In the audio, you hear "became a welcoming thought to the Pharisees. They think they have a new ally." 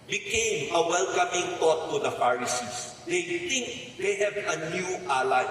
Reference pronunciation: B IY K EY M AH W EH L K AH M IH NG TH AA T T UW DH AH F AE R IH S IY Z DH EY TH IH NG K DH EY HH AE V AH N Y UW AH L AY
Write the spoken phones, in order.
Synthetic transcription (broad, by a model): B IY K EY M AH W EH L K AH M IH NG T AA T T UW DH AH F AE R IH S IY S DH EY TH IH NG K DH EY HH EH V AH N Y UW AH L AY